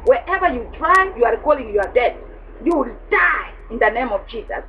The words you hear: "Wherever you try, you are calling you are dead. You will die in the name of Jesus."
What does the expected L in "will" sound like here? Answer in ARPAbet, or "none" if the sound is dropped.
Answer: L